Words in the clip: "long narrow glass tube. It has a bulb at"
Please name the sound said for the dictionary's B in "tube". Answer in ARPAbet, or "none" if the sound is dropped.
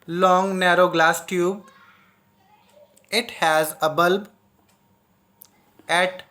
B